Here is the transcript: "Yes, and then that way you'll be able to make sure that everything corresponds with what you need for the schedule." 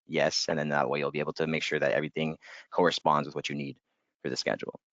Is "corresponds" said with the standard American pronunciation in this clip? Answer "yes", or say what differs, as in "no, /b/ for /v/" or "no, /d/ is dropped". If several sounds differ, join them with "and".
yes